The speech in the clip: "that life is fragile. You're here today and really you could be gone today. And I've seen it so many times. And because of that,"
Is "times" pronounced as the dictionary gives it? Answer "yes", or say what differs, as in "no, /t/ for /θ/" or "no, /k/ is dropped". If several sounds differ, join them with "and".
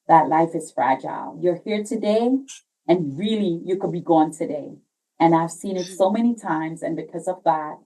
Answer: yes